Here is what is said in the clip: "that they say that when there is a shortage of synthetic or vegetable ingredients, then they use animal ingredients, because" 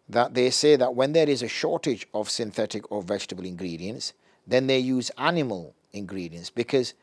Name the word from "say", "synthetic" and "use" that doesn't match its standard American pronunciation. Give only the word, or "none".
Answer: none